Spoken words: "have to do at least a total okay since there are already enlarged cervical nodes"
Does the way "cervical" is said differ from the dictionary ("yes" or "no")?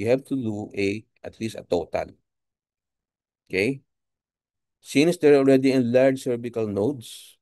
yes